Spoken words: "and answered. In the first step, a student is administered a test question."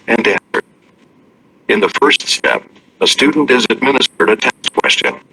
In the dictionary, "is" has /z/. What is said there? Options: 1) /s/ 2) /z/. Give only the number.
2